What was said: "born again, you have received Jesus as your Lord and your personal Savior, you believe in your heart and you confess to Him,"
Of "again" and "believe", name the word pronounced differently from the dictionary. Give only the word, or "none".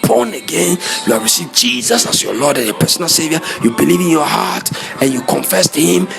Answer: none